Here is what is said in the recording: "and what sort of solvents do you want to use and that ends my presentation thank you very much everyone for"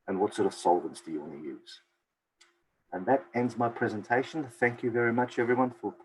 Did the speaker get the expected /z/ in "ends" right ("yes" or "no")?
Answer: yes